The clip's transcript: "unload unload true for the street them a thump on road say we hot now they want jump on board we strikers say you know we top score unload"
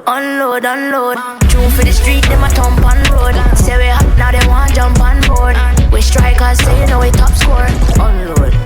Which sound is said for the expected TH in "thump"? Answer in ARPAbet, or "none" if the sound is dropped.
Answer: T